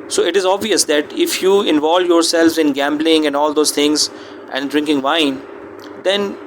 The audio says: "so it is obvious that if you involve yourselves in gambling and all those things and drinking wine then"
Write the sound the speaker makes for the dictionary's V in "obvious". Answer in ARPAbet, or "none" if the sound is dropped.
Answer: V